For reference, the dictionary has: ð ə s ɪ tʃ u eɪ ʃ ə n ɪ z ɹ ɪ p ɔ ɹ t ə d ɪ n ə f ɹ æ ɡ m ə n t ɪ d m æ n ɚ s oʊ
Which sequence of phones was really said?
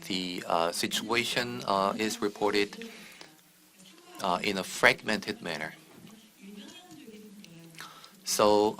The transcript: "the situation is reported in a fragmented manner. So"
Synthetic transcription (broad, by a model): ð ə s ɪ tʃ u eɪ ʃ ə n ɪ z ɹ ɪ p ɔ ɹ t ə d ɪ n ə f ɹ æ ɡ m ə n t ɪ d m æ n ɚ s oʊ